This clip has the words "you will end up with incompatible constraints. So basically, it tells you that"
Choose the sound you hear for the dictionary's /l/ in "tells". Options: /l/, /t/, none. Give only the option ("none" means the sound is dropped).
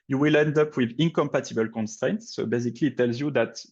/l/